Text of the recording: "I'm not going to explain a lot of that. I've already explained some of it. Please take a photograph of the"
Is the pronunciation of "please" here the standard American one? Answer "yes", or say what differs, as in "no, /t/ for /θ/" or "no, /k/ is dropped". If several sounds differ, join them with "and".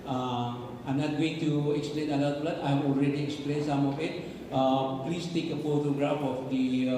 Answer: no, /s/ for /z/